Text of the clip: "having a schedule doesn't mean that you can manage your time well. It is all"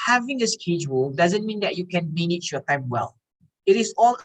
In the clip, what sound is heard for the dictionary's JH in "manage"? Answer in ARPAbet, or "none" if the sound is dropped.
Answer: CH